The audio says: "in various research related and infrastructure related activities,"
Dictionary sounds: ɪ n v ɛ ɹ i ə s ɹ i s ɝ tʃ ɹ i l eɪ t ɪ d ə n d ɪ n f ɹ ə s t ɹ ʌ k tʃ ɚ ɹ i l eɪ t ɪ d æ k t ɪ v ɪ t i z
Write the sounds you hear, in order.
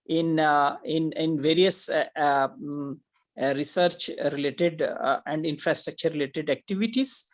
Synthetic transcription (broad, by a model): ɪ n v ɛ ɹ i ə s ɹ i s ɝ tʃ ɹ i l eɪ t ɪ d ə n d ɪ n f ɹ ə s t ɹ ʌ k tʃ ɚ ɹ i l eɪ t ɪ d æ k t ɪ v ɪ t i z